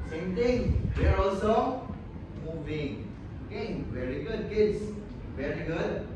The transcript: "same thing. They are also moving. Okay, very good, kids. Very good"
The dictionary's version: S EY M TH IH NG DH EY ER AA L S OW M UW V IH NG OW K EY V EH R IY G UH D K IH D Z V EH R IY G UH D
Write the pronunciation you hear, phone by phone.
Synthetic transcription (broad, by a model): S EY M T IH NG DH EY ER AA L S OW M UW V IH NG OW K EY V EH R IY G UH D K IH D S V EH R IY G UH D